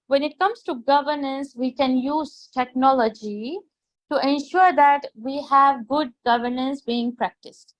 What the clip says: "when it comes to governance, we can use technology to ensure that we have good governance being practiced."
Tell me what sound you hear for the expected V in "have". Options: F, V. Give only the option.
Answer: V